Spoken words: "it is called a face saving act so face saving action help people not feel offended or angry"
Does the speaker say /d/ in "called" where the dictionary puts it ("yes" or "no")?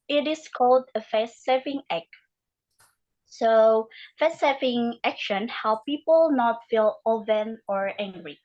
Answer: yes